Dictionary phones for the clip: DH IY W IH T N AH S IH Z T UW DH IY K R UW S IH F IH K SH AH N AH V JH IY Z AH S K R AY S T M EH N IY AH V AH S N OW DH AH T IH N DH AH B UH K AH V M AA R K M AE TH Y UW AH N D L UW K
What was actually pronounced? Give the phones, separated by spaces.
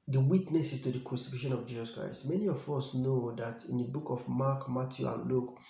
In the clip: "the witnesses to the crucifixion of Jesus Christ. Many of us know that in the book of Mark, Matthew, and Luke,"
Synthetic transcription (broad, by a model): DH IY W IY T N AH S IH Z T UW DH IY K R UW S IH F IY SH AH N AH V JH IY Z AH S K R AY S T M EH N IY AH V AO S N OW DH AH T IH N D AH B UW K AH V M AA K M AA T Y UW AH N L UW K